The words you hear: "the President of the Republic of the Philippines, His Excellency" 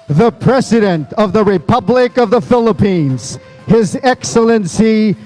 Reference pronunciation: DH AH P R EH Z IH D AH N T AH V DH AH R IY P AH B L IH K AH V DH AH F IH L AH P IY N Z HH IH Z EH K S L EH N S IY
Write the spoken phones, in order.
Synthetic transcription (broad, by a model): DH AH P R EH Z IH D AH N T AH V DH AH R IY P AH B L IH K AH V DH AH F IH L AH P IY N Z HH IH Z EH K S L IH N S IY